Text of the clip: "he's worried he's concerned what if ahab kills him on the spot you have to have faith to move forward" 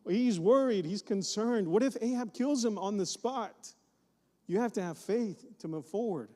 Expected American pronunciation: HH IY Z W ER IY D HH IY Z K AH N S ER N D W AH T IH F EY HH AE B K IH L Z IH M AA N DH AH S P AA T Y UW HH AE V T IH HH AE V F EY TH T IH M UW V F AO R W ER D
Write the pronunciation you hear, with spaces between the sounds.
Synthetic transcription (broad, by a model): HH IY Z W ER IY D HH IY Z K AH N S ER N D W AH T IH F EY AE B K IH L Z IH M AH N DH AH S P AA T Y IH HH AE F T IH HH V F EY TH T IH M UW V F AO R W ER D